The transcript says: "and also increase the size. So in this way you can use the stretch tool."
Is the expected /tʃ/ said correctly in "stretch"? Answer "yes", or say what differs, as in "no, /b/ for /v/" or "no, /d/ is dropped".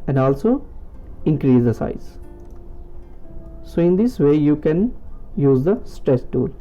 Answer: no, /s/ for /tʃ/